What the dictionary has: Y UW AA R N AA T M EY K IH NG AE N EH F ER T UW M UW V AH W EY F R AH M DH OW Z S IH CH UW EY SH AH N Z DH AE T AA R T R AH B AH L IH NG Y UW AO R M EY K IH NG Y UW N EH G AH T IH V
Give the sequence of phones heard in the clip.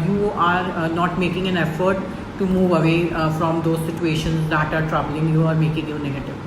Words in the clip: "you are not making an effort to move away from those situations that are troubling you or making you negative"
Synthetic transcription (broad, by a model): Y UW AA R N AA T M EY K IH NG AE N EH F ER T UW M UW V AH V EY F R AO M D OW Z S IH CH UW EY SH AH N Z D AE T AA R T R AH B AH L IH NG Y UW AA R M EY K IH NG Y UW N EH G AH T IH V